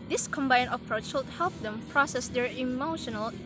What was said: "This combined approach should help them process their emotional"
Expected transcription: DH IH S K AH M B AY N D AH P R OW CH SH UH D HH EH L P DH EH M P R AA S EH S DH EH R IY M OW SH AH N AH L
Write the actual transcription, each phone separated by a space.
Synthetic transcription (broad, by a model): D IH S K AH M B AY N AH P R OW CH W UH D HH EH L P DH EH M P R AA S EH S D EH R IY M OW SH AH N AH L